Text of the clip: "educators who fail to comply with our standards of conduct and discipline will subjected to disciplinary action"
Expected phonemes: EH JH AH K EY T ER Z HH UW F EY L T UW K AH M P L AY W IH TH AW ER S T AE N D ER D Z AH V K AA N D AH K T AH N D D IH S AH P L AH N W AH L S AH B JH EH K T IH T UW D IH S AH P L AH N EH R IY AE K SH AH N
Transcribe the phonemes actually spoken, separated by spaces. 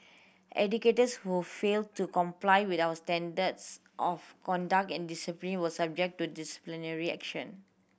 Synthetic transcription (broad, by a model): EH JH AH K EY T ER S HH UW F EY L T UW K AH M P L AY W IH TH AW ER S T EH N D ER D S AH F K AA N D AH K T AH N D D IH S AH P L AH N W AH S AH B JH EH K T T UW D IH S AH P L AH N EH R IY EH K SH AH N